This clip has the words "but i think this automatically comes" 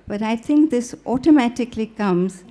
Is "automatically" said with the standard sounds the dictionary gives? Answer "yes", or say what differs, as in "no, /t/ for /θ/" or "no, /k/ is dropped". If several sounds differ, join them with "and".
yes